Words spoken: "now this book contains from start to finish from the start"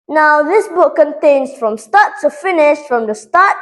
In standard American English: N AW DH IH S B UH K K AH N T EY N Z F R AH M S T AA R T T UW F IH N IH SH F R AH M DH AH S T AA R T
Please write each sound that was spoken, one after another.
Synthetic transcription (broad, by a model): N AW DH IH S B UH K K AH N T EY N S F R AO M S T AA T T UW F IH N IH SH F R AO M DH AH S T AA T